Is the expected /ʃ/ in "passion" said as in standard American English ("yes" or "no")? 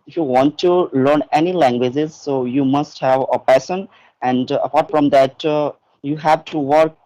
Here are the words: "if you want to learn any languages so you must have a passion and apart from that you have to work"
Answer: no